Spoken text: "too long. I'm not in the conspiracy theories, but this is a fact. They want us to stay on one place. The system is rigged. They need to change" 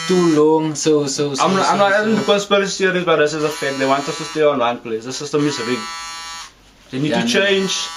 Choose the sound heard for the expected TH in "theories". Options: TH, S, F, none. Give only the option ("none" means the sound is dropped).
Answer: S